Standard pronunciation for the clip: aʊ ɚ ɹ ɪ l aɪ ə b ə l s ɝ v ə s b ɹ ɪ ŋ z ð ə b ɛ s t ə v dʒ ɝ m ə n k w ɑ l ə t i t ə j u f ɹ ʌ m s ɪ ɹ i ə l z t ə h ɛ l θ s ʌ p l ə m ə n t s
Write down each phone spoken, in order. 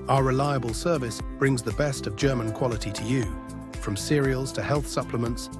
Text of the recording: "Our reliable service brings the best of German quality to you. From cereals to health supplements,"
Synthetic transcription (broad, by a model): aʊ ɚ ɹ ɪ l aɪ ə b ə l s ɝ v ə s b ɹ ɪ ŋ z ð ə b ɛ s t ə v dʒ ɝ m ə n k w ɑ l ə t i t ə j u f ɹ ʌ m s ɪ ɹ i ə l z t ə h ɛ l θ s ʌ p l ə m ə n t s